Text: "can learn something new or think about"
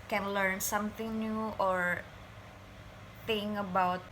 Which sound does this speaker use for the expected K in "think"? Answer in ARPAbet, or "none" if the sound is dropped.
none